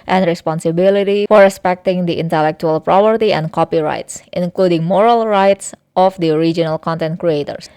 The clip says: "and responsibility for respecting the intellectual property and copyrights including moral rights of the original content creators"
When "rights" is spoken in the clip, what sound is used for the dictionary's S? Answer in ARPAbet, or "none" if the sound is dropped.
S